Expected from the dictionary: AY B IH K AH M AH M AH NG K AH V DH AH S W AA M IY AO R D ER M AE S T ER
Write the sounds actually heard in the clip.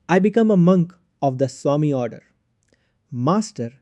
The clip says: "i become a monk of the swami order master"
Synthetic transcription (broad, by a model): AY B IH K AH M AH M AH NG K AH V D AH S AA M IY AO R D ER M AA S T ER